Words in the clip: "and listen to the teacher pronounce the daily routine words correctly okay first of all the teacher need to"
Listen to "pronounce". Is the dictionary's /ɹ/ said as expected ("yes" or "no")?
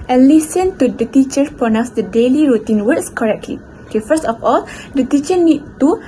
no